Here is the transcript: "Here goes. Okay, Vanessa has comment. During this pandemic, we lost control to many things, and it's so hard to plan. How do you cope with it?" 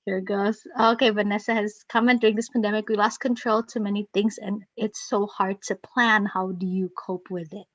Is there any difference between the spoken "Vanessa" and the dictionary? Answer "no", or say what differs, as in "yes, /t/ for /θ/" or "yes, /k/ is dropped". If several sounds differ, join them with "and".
no